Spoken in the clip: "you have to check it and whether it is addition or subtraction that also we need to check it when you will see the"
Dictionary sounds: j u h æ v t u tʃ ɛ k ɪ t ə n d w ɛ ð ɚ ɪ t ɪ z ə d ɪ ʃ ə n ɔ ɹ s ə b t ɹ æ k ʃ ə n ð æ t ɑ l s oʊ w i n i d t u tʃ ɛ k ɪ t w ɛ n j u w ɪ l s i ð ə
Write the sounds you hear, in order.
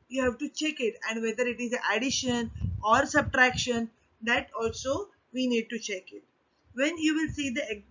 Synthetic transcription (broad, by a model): j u h æ v t u tʃ ɛ k ɪ t ə n d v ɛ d ɚ ɪ t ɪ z ə d ɪ ʃ ə n ɔ ɹ s ə b t ɹ æ k ʃ ə n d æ t ɑ l s oʊ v i n i d t u tʃ ɛ k ɪ t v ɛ n j u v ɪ l s i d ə